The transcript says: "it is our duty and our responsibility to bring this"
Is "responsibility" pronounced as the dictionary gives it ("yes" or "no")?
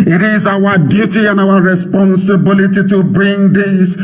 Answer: yes